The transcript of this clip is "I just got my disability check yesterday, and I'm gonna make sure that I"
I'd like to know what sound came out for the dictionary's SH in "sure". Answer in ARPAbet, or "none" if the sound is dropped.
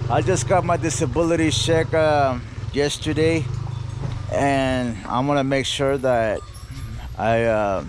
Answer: SH